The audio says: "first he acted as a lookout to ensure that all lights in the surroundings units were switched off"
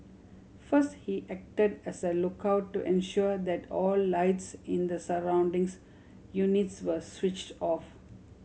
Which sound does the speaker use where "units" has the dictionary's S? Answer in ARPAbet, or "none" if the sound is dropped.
S